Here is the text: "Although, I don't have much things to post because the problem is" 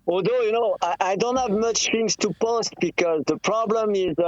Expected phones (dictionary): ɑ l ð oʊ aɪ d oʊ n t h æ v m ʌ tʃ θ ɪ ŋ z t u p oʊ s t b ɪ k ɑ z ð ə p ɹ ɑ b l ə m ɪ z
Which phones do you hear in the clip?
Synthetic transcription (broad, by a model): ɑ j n oʊ aɪ d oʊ n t h æ v m ʌ tʃ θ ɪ ŋ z t u p oʊ s t b ɪ k ɑ z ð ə p ɹ ɑ b l ə m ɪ z